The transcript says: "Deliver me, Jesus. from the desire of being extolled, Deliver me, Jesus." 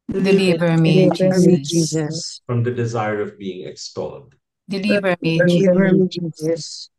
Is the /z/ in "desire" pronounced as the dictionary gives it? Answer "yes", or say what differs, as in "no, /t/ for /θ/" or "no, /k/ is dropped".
yes